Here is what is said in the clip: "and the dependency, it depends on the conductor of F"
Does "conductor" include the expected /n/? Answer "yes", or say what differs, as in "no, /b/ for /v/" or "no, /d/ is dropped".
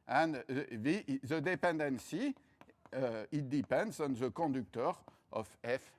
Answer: no, /n/ is dropped